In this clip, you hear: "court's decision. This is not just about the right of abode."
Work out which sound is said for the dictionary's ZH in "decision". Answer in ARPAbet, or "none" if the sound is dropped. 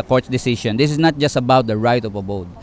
SH